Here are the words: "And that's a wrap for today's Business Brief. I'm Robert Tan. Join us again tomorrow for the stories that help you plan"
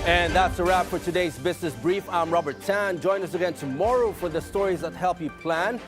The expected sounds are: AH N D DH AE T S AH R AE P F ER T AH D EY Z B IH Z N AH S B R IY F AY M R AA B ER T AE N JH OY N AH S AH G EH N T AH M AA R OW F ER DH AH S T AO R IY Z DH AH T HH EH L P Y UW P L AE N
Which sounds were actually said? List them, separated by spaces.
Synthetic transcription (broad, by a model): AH N DH AE T S AH R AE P F ER T AH D EY Z B IH Z N AH S B R IY F AY M R AA B ER T AE N JH OY N AH S AH G EH N T AH M AA R OW F ER DH AH S T AO R IY Z DH AH T HH EH L P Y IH P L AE N